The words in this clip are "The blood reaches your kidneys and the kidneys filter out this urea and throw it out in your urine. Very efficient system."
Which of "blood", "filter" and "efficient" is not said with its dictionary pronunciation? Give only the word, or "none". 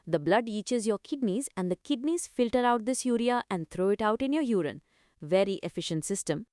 none